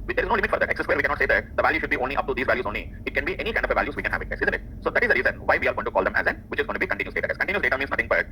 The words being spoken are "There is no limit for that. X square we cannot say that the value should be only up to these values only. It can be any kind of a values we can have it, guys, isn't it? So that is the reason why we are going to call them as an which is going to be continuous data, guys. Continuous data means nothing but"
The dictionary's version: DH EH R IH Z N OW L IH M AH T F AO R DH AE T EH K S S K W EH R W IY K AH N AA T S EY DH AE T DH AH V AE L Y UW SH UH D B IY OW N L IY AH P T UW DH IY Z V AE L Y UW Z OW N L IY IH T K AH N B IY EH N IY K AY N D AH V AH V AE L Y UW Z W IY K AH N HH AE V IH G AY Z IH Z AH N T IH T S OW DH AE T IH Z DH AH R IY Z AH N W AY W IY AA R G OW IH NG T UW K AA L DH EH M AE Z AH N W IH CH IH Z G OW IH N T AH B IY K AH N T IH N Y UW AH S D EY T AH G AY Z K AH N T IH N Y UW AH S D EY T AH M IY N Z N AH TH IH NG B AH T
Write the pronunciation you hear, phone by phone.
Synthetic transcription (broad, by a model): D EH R IH Z N OW L IH M AH T F AO R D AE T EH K S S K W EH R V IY K AH N AA T S EY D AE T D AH V AE L Y UW SH UH D B IY OW N L IY AH P T UW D IY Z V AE L Y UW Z OW N L IY IH T K AH N B IY EH N IY K AY N D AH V AH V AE L Y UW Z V IY K AH N HH AE V IH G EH S IH Z AH N T IH T S OW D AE T IH Z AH R IY Z AH N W AY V IY AA R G OW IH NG T UW K AA L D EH M AE Z AH N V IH CH IH Z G OW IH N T B IY K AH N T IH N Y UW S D EY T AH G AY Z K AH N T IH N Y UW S D EY T AH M IY N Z N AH T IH NG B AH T